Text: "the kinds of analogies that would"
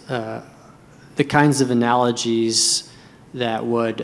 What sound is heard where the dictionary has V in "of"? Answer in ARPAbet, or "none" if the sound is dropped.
V